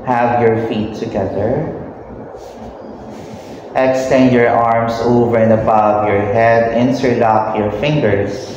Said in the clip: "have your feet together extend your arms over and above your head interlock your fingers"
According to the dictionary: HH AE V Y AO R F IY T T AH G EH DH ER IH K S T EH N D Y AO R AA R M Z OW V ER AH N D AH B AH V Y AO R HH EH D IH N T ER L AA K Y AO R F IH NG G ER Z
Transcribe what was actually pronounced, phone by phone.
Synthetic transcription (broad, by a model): HH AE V Y AO R F IY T T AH G EH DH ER IH K S T EH N D Y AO R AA R M S OW V ER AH N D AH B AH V Y AO R HH EH D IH N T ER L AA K Y AO R F IH NG G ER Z